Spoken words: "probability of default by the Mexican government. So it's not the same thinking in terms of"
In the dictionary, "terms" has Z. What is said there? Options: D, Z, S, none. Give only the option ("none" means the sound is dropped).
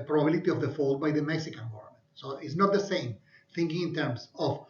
S